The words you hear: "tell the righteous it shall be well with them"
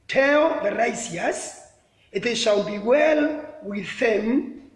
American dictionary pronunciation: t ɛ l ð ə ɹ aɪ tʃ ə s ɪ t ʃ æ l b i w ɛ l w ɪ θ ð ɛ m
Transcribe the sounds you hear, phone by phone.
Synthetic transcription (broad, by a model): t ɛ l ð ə ɹ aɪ s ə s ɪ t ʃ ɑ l b i w ɛ l w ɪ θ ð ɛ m